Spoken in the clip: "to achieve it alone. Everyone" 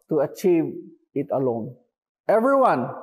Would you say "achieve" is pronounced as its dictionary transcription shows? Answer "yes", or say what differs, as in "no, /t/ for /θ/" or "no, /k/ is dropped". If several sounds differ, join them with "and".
yes